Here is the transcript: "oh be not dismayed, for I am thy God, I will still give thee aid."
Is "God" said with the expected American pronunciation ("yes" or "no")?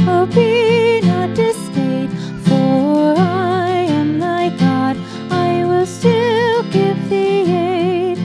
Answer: yes